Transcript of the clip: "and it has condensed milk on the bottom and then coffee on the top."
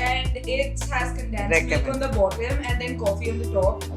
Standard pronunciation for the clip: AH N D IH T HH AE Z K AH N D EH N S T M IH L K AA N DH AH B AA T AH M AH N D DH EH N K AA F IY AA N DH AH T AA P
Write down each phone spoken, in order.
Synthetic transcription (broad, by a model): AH N D IH T HH AE Z K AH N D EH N T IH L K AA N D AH B AA T AH M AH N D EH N K AA F IY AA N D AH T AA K